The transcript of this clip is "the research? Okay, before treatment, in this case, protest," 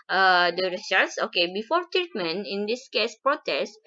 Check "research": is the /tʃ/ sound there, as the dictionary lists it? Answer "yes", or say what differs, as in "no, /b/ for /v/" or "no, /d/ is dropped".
no, /s/ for /tʃ/